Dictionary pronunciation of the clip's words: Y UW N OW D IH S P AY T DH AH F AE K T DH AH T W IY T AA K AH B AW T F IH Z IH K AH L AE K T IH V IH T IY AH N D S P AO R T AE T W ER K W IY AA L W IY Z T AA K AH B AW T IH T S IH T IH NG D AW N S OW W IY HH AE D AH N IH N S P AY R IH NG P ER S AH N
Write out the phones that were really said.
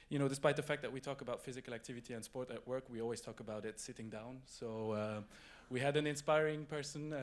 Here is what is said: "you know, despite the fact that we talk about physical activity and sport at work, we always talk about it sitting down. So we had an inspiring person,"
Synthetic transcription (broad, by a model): Y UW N OW D IH S P AY T DH AH F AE K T DH AH T W IY T AA K AH B AW T F IH Z IH K AH L AE K T IH V IH T IY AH N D S P AO R T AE T W ER K W IY AA L W IY Z T AA K AH B AW T IH T S IH T IH NG D AW N S OW W IY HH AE D AH N IH N S P AY R IH NG P ER S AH N